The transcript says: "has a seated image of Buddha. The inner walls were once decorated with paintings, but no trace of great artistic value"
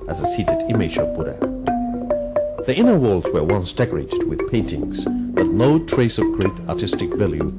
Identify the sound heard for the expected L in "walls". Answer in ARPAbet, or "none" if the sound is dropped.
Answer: L